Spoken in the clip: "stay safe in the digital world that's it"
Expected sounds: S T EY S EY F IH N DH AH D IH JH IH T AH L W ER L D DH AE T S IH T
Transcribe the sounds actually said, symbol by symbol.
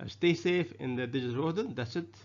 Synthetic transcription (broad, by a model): S T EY S EY F IH N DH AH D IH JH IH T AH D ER D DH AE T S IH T